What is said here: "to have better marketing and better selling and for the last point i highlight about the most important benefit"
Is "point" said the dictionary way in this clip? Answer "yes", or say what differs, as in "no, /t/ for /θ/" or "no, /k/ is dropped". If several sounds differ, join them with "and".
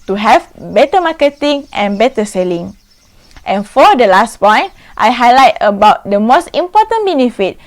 yes